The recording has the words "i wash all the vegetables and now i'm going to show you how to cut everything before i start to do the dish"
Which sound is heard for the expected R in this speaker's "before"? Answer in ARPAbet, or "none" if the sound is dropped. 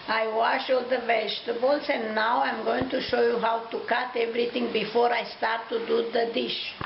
R